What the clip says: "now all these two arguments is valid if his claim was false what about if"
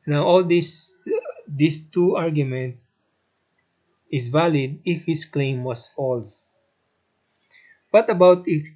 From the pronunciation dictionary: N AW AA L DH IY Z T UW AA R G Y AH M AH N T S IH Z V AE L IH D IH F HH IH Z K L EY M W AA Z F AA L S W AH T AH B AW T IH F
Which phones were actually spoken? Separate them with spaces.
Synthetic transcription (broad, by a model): N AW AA L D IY S T UW AA R G Y AH M AH N T S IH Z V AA L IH D IH F HH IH S K L EY M W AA S F AA L S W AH T AH B AW T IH